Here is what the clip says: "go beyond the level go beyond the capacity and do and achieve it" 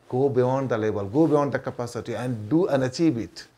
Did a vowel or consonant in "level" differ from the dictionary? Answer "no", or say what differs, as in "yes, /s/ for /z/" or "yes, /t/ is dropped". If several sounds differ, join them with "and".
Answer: yes, /b/ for /v/